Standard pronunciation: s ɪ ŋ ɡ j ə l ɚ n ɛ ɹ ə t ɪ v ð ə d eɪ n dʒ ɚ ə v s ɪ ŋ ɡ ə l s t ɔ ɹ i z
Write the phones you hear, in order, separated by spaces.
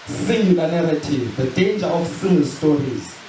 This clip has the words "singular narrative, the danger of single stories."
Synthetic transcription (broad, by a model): s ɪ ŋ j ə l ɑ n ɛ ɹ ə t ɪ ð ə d eɪ n dʒ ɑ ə f s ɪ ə n s t ɔ ɹ i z